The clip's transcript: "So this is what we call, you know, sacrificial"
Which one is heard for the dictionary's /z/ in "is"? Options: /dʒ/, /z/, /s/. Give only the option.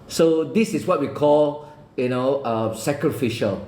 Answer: /s/